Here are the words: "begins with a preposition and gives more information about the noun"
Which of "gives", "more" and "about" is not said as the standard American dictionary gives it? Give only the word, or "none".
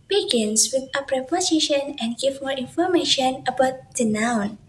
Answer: gives